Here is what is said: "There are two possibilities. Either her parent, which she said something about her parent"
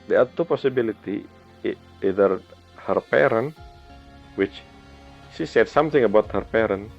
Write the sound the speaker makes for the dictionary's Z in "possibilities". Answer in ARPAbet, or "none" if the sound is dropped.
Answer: none